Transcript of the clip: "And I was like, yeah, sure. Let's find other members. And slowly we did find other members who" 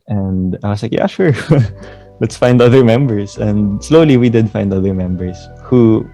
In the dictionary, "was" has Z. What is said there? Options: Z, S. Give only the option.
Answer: S